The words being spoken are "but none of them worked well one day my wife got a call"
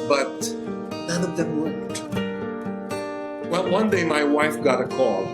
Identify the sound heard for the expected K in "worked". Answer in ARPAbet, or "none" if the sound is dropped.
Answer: none